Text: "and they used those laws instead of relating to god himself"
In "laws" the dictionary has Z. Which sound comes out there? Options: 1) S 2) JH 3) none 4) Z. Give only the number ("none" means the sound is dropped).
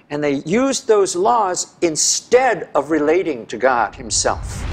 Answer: 4